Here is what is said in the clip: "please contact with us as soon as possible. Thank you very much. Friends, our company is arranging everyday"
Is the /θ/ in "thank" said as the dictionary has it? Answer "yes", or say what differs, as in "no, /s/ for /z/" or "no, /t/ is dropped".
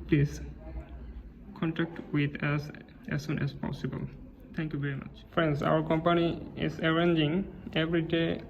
no, /t/ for /θ/